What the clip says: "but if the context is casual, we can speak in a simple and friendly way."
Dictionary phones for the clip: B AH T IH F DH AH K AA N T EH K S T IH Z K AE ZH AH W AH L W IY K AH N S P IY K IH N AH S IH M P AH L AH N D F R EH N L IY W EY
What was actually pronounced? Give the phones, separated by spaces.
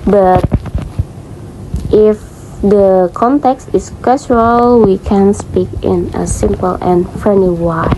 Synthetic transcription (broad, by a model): B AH T IH F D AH K AA N T EH K S T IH S K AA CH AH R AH L W IY K AH N S P IY K IH N AH S IH M P AH L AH N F R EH N IY W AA